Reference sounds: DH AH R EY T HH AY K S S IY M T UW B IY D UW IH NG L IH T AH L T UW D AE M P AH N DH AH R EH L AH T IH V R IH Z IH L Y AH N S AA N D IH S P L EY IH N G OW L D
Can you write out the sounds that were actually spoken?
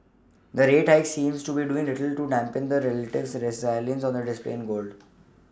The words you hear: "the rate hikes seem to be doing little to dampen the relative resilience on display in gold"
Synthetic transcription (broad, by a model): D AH R EY T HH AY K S S IY M T UW B IY D UW IH NG L IH T AH L T UW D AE M P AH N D AH R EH L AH T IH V R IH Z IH L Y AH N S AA N D IH S P L EY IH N G OW L D